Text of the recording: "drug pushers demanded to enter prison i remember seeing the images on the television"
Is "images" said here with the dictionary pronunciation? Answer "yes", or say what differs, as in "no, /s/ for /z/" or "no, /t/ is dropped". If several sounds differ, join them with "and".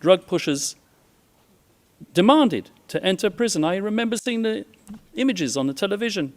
yes